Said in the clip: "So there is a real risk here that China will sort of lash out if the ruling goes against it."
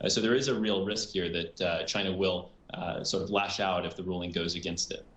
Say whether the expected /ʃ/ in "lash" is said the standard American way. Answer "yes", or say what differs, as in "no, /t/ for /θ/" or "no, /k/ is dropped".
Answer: yes